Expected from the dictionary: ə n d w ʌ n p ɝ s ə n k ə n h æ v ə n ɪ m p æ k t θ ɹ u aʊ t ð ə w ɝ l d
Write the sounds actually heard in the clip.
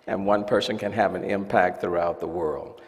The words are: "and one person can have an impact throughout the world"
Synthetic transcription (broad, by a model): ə n w ʌ n p ɝ s ə n k ə n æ v ə n ɪ m p æ k t θ ɹ u aʊ t ð ə w ɝ l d